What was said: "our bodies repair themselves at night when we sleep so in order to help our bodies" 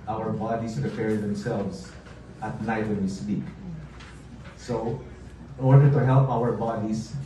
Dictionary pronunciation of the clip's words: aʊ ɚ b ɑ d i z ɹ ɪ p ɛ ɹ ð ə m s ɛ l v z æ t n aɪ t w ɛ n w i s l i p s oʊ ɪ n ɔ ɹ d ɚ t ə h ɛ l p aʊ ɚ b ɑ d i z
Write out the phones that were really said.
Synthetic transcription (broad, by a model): aʊ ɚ b ɑ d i s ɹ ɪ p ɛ ɹ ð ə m s ɛ l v s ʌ t n aɪ t w ɛ n w i s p i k s oʊ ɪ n ɔ ɹ d ɚ t ə h ɛ l p aʊ ɚ b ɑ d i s